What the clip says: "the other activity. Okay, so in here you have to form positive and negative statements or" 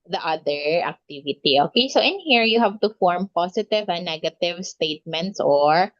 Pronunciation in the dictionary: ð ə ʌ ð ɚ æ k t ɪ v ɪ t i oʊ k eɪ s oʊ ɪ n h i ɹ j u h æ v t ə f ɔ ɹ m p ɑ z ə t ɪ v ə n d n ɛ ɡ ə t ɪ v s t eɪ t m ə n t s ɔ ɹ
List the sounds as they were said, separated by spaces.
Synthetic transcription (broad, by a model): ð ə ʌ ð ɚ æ k t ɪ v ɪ t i oʊ k eɪ s oʊ ɪ n h i ɹ j u h æ v t ə f ɔ ɹ m p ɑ s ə t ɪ v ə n n ɛ ɡ ə t ɪ v s t eɪ t m ə n t s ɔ ɹ